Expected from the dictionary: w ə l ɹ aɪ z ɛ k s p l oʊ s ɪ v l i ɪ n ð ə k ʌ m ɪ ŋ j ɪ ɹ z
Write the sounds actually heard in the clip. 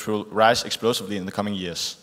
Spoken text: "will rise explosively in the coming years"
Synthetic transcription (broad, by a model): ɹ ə l ɹ aɪ z ɛ k s p l oʊ s ɪ v l i ɪ n ð ə k ʌ m ɪ ŋ j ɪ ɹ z